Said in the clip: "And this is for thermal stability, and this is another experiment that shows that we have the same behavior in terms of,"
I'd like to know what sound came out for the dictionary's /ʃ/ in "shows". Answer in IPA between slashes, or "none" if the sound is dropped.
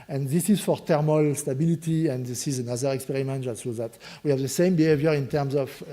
/s/